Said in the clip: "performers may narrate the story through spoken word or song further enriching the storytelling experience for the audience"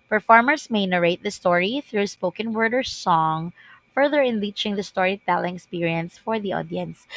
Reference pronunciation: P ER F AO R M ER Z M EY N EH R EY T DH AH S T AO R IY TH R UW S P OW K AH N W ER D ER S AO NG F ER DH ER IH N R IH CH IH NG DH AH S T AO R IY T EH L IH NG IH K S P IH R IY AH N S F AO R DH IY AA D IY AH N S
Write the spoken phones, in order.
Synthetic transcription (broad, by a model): P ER F AO R M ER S M EY N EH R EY T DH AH S T AO R IY TH R UW S P OW K AH N W ER D ER S AO NG F ER DH ER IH N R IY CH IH NG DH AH S T AO R IY T EH L IH NG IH K S P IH R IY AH N S F AO R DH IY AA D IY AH N S